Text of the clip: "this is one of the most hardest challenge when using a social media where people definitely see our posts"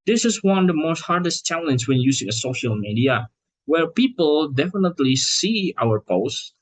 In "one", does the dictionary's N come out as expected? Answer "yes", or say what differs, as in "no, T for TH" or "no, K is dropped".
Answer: yes